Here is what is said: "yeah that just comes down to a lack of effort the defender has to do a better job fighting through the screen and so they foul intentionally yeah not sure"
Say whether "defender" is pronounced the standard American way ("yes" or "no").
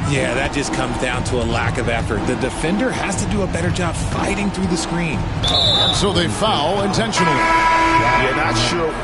yes